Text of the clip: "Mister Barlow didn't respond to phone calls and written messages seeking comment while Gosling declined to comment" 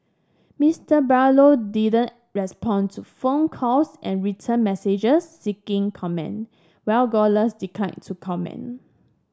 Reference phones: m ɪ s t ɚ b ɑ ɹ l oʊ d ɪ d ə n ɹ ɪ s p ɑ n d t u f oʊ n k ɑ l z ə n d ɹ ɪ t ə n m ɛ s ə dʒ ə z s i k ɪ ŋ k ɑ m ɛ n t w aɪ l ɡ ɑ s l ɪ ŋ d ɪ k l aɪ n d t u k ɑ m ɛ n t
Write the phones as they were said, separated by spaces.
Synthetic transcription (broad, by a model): m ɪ s t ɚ b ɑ l oʊ d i d ə n ɹ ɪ s p ɑ n t u f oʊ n k ɑ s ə n ɹ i t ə n m ɛ s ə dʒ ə s i k ɪ ŋ k ɑ m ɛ n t w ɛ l ɡ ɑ l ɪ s d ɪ k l aɪ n t u k ɑ m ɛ n